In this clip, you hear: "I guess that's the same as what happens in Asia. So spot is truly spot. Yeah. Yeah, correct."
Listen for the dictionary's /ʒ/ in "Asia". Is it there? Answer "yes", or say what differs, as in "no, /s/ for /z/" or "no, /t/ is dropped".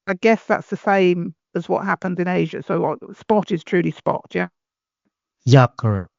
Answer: yes